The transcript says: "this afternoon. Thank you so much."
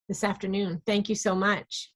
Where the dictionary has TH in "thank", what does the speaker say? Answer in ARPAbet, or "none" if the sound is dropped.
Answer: TH